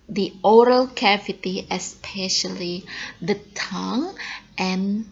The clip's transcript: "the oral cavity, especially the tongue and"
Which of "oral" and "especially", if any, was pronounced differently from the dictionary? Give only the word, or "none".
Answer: none